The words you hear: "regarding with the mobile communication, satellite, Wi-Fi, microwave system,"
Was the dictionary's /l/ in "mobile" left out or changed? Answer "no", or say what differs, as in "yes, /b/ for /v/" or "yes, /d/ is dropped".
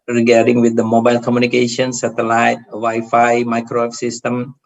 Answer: no